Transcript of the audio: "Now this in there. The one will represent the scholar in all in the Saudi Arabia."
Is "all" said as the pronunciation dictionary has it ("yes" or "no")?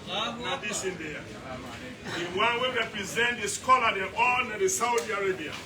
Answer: no